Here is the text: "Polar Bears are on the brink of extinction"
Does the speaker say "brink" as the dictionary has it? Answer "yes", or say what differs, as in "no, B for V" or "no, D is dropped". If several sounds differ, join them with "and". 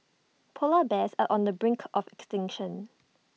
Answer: yes